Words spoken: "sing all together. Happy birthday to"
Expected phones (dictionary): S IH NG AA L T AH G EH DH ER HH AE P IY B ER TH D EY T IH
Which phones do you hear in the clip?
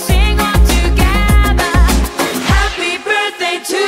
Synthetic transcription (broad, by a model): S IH NG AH N T AH G EH DH ER HH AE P IY B ER TH D EY T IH